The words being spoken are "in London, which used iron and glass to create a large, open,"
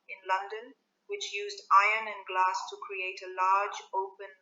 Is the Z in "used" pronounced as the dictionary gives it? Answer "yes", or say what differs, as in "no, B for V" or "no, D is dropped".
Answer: yes